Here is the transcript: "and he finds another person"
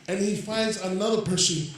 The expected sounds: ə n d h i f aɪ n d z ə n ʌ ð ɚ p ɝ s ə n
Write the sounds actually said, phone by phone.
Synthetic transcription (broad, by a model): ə n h i f aɪ n d z ə n ʌ ð ɚ p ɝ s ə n